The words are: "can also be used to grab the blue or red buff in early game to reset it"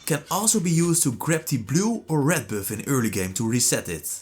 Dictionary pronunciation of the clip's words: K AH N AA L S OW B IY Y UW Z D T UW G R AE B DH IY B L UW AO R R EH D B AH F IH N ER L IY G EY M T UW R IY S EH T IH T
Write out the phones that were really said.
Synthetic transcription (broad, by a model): K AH N AA L S OW B IY Y UW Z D T UW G R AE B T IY B L UW AO R R EH D B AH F IH N ER L IY G EY M T UW R IY S EH T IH T